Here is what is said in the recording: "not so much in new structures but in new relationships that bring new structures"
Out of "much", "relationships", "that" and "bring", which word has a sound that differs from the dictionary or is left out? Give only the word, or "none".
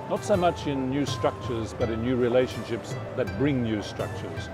none